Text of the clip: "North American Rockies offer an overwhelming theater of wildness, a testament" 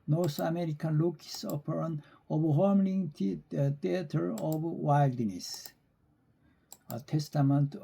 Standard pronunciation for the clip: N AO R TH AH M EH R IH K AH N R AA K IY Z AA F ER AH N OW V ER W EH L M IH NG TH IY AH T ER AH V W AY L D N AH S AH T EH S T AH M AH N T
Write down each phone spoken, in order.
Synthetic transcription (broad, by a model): N AO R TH AH M EH R IH K AH N L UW K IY S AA P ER AH N OW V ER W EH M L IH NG T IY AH T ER AH V W AY L D N AH S AH T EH S T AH M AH N T